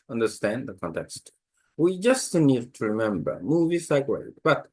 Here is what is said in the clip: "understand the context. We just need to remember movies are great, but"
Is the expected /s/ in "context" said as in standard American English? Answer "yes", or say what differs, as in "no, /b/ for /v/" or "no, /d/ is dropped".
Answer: yes